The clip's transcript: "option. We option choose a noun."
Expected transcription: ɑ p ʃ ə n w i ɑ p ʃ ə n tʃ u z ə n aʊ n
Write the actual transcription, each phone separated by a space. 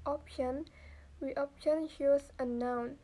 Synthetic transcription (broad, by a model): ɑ p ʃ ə n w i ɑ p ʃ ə n ʃ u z ə n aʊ n